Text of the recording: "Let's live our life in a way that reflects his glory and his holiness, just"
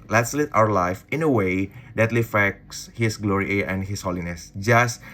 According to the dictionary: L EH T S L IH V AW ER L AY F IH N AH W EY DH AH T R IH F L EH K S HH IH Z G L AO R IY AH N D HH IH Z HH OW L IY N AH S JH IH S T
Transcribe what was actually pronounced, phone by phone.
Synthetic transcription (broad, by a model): L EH T S L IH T AW ER L AY F IH N AH W EY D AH T L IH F EH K S HH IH S G L AO R IY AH N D HH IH S HH OW L IY N AH S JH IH S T